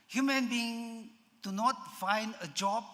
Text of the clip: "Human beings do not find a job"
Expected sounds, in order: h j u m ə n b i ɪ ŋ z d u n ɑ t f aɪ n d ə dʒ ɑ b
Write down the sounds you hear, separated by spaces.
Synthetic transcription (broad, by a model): h j u m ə n b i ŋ d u n ɑ t f aɪ n d ə dʒ ɑ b